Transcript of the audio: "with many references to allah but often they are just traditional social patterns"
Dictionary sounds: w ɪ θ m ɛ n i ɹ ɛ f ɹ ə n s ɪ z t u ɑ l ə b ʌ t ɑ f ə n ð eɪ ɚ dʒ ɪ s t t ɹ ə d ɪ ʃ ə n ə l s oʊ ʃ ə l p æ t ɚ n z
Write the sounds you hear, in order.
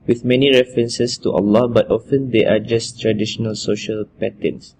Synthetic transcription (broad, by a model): w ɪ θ m ɛ n i ɹ ɛ f ɹ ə n s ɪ s t u ɑ l ə b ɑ t ɑ f ə n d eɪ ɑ dʒ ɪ s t t ɹ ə d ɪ ʃ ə n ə l s oʊ ʃ ə l p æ t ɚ n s